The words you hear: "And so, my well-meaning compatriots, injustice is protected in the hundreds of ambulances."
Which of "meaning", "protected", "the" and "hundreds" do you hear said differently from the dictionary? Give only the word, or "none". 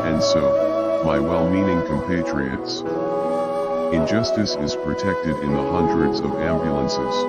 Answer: none